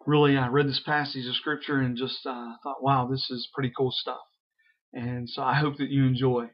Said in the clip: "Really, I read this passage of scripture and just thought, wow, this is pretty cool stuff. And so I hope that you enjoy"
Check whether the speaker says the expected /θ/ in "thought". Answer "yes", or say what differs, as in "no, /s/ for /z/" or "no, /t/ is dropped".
yes